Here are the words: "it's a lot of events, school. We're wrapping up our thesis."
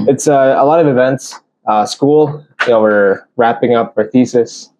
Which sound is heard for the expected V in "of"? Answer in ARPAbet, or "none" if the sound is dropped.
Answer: V